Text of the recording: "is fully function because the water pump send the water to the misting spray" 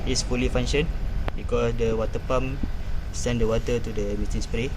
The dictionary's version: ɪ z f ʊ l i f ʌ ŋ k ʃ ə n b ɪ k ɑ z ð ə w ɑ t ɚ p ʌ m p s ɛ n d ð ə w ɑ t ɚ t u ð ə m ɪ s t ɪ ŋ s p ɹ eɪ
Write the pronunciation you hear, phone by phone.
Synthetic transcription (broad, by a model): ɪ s f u l i f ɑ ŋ ʃ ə n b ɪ k ɑ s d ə w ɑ t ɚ p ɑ m s ɛ n d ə w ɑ t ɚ t u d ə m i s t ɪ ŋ s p ɹ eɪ